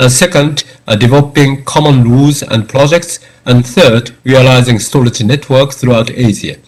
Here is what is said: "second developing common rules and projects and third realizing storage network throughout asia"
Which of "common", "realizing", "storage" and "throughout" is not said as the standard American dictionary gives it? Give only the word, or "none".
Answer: storage